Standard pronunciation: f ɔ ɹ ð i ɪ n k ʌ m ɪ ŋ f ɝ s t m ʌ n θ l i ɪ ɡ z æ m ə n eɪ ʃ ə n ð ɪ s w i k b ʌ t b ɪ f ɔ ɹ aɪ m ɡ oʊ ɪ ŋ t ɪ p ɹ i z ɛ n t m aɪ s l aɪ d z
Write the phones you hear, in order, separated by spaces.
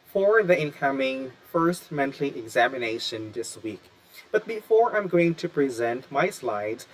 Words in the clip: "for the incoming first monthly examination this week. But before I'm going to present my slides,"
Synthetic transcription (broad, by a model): f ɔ ɹ ð i ɪ n k ʌ m ɪ ŋ f ɝ s t m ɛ n t l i ɪ ɡ z æ m ə n eɪ ʃ ə n ð ɪ s w i k b ʌ t b ɪ f ɔ ɹ aɪ m ɡ oʊ ɪ ŋ t ɪ p ɹ i z ɛ n t m aɪ s l aɪ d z